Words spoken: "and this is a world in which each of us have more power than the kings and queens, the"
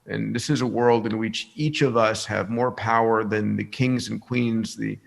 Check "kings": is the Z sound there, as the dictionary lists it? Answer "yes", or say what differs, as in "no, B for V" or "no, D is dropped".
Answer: yes